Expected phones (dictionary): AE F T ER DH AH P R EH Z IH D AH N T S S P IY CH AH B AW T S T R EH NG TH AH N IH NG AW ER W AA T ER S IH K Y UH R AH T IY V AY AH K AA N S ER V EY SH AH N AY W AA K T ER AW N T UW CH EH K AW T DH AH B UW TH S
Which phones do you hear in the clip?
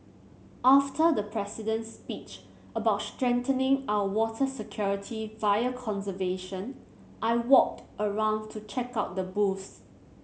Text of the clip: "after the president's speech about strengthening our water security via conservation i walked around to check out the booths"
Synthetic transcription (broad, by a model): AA F T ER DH AH P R EH S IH D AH N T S S P IY CH AH B AW T S T R EH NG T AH N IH NG AW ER W AA T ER S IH K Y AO R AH T IY V AY AH K AA N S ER V EY SH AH N AY W AA K T ER AW N T UW CH EH K AW T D AH B UW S